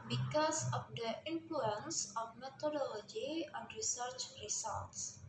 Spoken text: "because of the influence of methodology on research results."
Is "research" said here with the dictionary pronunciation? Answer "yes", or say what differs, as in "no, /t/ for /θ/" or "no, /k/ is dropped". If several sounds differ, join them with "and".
yes